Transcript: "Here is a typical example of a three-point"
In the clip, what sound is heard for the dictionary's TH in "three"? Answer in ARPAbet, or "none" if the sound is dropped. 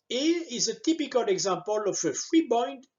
F